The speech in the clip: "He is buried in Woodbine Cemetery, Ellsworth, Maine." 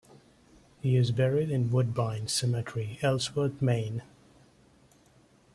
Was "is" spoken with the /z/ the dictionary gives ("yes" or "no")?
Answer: yes